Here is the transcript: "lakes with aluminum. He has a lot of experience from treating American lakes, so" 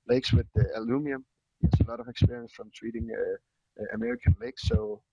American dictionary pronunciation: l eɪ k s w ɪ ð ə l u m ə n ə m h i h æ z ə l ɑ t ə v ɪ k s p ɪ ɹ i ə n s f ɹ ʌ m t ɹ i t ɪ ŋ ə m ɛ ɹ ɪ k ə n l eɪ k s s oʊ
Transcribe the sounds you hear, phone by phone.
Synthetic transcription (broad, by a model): l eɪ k s w ɪ ð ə l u m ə ə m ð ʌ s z ə l ɑ t ə v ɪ k s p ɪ ɹ i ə n s f ɹ ʌ m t w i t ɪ ŋ ə m ɛ ɹ ɪ k ə n l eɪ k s s oʊ